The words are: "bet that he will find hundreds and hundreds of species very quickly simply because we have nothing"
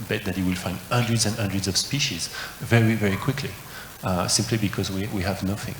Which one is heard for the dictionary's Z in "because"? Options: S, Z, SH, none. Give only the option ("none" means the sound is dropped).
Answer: Z